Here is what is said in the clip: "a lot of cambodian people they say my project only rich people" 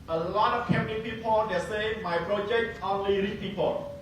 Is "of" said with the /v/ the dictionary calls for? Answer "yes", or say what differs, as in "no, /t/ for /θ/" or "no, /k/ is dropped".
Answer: no, /f/ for /v/